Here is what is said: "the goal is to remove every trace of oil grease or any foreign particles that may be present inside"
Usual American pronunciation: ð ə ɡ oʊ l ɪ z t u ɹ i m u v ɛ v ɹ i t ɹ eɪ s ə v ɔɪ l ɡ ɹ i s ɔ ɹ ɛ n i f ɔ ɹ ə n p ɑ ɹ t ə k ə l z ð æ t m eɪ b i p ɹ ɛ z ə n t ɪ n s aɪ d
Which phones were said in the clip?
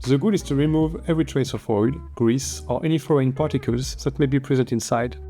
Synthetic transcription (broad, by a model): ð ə ɡ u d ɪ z t u ɹ i m u v ɛ v ɹ i t ɹ eɪ s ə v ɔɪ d ɡ ɹ i s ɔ ɹ ɛ n i f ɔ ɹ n p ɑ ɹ t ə k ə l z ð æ t m eɪ b i p ɹ ɛ z ə n t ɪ n s aɪ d